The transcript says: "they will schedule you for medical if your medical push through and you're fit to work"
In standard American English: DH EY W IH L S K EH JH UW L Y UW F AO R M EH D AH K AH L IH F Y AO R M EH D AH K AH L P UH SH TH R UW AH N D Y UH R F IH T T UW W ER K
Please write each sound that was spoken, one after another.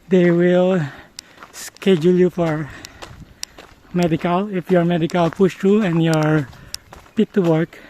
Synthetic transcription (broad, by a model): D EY W IH L S K EH JH UW L Y UW F AO R M EH D AH K AH L IH F Y AO R M EH D AH K AH L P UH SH T R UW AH N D Y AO R P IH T T UW W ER K